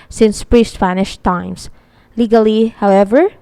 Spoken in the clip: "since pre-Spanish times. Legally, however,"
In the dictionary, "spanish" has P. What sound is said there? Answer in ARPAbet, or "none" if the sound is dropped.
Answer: F